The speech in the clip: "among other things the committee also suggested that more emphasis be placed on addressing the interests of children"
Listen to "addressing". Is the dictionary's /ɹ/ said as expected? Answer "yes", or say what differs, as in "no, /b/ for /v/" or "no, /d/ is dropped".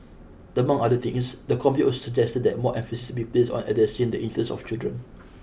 no, /ɹ/ is dropped